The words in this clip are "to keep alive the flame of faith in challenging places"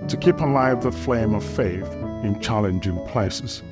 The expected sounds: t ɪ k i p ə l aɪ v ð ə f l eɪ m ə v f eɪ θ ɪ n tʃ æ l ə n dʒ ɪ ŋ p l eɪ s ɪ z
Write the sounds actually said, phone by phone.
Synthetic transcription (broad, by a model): t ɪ k i p ə l aɪ v ð ə f l eɪ m ə v f eɪ θ ɪ n tʃ æ l ə n dʒ ɪ ŋ p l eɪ s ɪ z